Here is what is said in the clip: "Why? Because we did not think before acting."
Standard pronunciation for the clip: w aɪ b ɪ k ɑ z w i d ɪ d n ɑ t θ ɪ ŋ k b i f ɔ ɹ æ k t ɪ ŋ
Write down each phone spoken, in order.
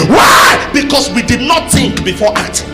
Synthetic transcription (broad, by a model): w aɪ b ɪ k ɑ s w i d ɪ d n ɑ t θ ɪ ŋ k b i f ɔ t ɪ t